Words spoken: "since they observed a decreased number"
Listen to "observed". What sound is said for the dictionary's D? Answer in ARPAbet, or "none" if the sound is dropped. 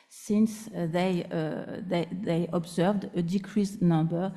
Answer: D